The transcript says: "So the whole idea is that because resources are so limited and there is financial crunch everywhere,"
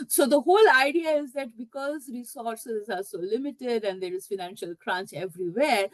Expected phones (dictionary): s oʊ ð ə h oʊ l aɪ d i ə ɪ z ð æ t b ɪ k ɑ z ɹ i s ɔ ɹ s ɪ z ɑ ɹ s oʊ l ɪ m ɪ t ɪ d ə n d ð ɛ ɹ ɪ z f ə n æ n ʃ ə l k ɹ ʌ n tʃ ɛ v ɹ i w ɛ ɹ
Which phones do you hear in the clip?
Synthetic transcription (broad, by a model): s oʊ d ə h oʊ l aɪ d i ə ɪ z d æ t b ɪ k ɑ z ɹ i s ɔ ɹ s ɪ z ɑ ɹ s oʊ l ɪ m ɪ t ɪ d ə n d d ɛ ɹ ɪ z f ə n æ n ʃ ə l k ɹ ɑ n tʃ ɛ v ɹ i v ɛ ɹ